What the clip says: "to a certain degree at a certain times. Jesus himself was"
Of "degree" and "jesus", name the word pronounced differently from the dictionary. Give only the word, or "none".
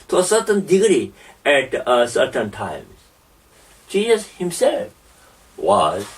jesus